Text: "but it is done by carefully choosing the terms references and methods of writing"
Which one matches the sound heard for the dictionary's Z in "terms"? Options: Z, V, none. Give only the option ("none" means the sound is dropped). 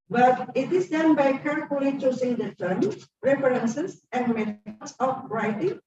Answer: none